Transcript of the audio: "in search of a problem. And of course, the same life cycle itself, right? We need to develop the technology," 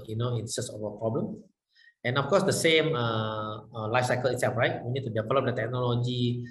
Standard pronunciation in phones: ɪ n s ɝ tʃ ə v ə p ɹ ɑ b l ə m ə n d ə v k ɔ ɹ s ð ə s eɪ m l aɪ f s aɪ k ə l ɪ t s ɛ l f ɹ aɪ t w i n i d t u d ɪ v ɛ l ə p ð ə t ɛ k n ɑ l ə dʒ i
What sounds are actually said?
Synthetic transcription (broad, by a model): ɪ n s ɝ s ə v ə p ɹ ɑ b l ə m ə n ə f k ɔ s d ə s eɪ m l aɪ f s aɪ k ə l ɪ t s ɛ l f ɹ aɪ t w i n i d t u d ɪ v ɛ l ə p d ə t ɛ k n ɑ l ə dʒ i